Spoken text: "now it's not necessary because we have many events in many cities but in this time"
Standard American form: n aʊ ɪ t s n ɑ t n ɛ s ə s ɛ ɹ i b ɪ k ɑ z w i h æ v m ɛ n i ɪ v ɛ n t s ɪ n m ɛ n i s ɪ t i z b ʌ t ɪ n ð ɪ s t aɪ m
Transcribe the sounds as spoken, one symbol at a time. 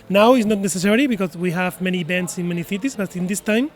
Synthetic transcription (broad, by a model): n aʊ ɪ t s n ɑ t n ɛ s ə s ɛ ɹ i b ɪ k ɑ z w i h æ v m ɛ n i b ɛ n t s ɪ n m ɛ n i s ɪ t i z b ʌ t ɪ n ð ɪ s t aɪ m